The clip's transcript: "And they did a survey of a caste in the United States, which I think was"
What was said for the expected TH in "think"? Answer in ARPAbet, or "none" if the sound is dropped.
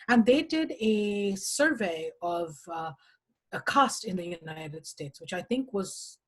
TH